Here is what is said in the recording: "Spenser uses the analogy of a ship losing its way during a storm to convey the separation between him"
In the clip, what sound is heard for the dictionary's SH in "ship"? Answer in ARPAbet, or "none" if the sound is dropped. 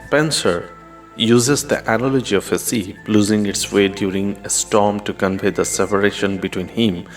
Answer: S